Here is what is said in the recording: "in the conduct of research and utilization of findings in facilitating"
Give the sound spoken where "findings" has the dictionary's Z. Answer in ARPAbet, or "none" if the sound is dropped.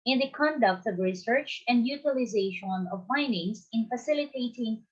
S